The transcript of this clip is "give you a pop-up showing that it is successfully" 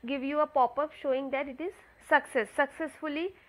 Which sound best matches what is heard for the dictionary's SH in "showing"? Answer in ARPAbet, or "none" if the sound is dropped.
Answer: SH